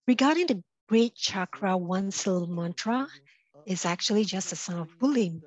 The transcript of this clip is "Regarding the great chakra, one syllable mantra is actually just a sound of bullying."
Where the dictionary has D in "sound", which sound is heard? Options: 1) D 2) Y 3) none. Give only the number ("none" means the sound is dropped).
3